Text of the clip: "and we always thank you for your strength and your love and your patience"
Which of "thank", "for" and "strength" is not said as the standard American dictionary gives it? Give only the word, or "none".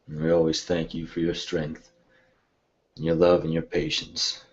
none